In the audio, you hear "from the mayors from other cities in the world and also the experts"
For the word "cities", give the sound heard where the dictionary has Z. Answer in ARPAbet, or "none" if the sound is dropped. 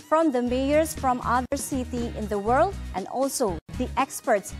none